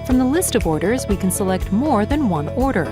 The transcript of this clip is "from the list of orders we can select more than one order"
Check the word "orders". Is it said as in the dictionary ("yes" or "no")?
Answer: yes